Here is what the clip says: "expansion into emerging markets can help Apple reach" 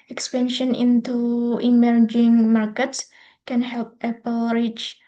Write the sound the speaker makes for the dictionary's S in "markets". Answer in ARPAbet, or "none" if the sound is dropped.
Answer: S